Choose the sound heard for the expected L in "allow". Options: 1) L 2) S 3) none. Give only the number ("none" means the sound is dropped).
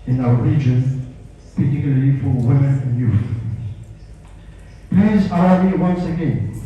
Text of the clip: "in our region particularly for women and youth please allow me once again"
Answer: 3